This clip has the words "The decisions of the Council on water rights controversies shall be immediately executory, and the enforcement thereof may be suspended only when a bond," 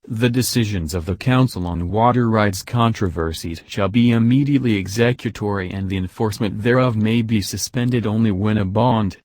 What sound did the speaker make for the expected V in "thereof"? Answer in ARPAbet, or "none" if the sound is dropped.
V